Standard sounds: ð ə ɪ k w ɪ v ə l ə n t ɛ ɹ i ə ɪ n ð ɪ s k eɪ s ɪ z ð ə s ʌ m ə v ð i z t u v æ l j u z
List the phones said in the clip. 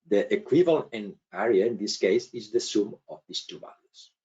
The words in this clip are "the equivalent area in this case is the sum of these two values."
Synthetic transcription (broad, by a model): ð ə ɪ k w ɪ v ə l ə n ɛ ɹ i ə ɪ n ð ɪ s k eɪ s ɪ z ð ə s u m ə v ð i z t u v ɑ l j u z